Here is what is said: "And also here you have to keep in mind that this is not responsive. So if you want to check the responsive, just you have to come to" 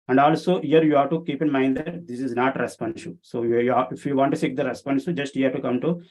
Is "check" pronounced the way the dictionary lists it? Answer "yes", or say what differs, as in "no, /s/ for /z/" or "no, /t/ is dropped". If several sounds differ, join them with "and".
no, /s/ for /tʃ/